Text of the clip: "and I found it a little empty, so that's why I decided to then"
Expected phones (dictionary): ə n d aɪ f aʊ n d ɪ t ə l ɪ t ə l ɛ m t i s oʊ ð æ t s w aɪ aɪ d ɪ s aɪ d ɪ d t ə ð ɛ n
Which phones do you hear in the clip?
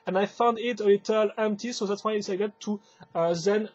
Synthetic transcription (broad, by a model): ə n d aɪ f aʊ n d ɪ t ə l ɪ t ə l ɛ m t i s oʊ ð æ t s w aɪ aɪ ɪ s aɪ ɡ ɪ t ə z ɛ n